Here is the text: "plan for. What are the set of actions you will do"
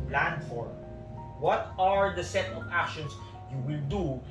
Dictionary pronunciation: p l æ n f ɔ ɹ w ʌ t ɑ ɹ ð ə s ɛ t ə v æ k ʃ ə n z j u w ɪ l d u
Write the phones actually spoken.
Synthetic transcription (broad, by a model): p l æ n f ɔ ɹ w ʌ t ɑ ɹ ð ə s ɛ t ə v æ k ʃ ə n s j u w ɪ l d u